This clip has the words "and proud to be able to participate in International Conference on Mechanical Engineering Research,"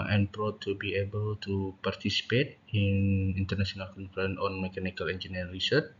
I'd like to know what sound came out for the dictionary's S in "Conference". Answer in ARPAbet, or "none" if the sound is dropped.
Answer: none